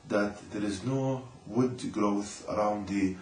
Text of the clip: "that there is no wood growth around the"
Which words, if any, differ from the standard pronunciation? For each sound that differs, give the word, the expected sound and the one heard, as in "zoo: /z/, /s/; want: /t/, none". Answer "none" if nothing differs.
none